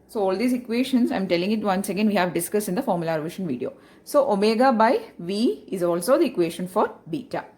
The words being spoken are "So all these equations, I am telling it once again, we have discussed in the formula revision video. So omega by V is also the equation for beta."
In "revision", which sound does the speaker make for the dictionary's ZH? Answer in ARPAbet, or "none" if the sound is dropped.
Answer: SH